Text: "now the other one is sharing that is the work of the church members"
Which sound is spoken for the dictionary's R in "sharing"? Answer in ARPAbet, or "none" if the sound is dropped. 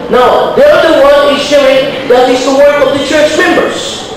none